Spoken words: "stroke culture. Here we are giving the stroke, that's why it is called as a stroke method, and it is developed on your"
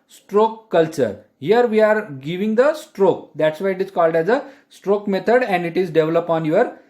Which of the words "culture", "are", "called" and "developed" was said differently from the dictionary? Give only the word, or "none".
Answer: developed